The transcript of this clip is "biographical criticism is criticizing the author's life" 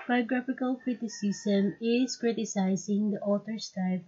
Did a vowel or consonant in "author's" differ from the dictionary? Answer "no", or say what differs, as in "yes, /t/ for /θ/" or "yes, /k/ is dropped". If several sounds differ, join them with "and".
yes, /t/ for /θ/